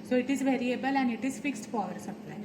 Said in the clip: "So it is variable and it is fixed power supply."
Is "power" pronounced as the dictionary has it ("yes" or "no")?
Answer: no